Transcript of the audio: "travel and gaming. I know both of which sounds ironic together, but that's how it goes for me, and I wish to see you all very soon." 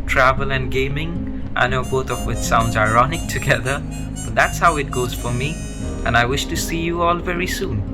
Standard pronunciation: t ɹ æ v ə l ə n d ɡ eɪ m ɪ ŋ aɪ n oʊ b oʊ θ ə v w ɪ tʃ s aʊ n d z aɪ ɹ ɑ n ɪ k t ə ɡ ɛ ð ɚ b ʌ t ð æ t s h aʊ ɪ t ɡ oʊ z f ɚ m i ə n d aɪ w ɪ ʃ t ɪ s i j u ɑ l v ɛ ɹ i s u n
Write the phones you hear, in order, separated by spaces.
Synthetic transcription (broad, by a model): t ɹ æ v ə l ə n ɡ eɪ m ɪ ŋ aɪ n oʊ b oʊ θ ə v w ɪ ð s aʊ n d z aɪ ɹ ɑ n ɪ k t ə ɡ ɛ ð ɚ b ʌ t ð æ t s h aʊ ɪ t ɡ oʊ z f ɚ m i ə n aɪ w ɪ ʃ t ɪ s i j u ɑ l v ɛ ɹ i s u n